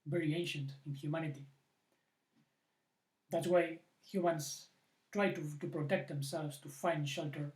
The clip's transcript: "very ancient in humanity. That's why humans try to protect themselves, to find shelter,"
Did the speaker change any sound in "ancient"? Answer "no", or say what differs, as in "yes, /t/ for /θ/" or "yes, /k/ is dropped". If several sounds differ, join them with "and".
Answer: no